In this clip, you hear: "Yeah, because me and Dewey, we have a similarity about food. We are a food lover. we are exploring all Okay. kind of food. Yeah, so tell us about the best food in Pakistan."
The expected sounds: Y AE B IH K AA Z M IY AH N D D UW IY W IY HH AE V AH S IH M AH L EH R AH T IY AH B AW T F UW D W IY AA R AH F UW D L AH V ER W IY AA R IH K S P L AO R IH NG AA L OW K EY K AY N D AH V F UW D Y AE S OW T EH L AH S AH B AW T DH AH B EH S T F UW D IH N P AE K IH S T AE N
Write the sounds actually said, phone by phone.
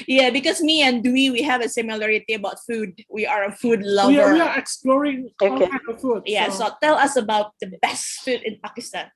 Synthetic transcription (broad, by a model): Y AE B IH K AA S M IY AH N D D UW IY W IY HH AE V AH S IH M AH L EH R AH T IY AH B AW T F UW D W IY AA R AH F UW D L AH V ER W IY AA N IH K S P L AO R IH NG OW K EY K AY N AH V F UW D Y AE S OW T EH L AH S AH B AW T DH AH B EH S T F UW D IH N P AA K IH S T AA N